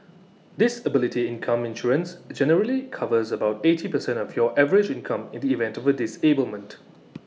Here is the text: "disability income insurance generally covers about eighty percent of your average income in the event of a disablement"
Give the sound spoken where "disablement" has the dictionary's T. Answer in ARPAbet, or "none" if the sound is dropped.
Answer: T